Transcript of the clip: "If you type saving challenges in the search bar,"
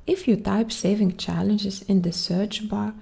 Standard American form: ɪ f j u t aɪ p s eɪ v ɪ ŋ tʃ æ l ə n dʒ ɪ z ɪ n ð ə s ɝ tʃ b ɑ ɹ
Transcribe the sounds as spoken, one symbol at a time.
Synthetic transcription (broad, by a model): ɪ f j u t aɪ p s eɪ v ɪ ŋ tʃ æ l ə n dʒ ɪ z ɪ n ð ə s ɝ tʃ b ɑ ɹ